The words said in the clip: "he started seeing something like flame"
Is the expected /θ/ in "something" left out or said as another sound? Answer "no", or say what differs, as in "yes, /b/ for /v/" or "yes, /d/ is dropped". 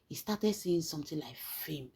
yes, /t/ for /θ/